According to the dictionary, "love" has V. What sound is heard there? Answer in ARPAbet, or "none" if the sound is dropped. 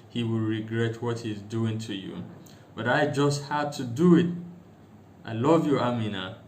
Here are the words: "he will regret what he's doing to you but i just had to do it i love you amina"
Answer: V